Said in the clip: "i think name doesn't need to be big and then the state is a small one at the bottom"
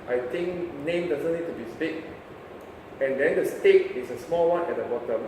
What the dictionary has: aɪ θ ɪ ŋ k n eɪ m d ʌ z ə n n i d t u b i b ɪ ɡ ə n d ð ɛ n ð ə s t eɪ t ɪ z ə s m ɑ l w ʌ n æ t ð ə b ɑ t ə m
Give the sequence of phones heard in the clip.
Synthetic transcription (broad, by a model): aɪ t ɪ ŋ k n eɪ m d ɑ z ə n n i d t u b i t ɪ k ə n d ɛ n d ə s t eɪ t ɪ s ə s m ɑ l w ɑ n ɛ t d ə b ɑ t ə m